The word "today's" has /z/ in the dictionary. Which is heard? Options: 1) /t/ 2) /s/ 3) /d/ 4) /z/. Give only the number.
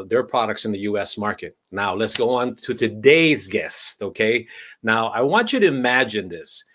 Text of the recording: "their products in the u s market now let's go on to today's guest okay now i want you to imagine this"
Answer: 4